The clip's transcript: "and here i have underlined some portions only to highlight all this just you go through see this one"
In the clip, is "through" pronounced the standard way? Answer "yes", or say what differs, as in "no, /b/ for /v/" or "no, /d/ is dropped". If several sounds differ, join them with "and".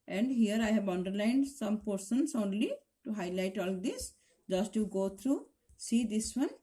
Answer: no, /t/ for /θ/